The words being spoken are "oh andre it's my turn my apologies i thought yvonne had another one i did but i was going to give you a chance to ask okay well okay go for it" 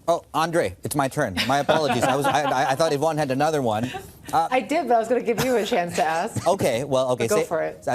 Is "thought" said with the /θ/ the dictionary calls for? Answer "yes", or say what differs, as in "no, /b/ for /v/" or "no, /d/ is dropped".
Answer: yes